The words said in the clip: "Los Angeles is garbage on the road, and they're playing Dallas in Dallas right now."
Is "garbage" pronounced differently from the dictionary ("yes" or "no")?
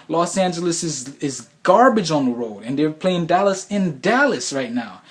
no